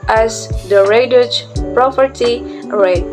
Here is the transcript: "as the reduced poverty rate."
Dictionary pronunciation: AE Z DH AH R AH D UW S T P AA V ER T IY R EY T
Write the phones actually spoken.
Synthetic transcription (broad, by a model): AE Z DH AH R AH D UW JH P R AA P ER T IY R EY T